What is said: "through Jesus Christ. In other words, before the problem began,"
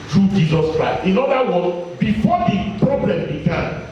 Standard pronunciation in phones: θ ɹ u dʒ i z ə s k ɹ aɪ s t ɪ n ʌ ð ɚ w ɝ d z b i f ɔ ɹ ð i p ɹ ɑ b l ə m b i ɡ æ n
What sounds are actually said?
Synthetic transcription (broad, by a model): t ɹ u dʒ i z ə s k ɹ aɪ s t ɪ n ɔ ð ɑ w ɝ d b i f ɔ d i p ɹ ɑ b l ə m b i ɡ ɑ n